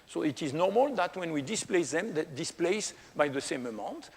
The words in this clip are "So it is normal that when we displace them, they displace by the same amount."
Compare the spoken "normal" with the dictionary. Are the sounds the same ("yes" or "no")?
yes